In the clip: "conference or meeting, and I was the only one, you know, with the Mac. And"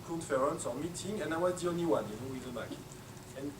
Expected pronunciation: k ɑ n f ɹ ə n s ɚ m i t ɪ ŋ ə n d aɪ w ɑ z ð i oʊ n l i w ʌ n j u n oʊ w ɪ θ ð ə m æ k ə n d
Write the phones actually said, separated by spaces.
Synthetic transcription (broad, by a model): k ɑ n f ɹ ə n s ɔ m i t ɪ ŋ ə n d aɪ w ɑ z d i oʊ n i w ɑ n j u n oʊ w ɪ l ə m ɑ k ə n